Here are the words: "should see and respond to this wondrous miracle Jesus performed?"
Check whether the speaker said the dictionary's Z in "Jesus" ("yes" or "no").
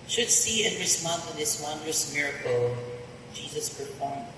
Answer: yes